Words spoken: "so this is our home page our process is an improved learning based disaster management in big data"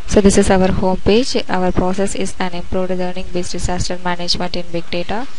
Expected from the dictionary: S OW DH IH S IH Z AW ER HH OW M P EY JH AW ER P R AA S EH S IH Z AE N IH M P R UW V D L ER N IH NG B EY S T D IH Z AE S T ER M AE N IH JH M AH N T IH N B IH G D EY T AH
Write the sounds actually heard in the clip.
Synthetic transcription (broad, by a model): S OW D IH S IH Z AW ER HH OW M P EY JH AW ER P R AA S EH S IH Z AE N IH M P R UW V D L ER N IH NG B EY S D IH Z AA S T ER M AE N IH JH M AH N T IH N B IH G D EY T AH